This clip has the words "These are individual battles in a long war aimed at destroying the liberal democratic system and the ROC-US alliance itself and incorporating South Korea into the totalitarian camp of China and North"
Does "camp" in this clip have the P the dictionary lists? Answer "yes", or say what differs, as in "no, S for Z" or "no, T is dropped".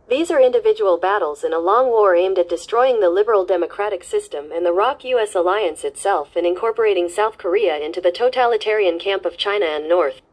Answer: yes